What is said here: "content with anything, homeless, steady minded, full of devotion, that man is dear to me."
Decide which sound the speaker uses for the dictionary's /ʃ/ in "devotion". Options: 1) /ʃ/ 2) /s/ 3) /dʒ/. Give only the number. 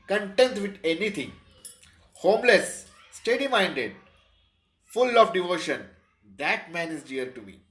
1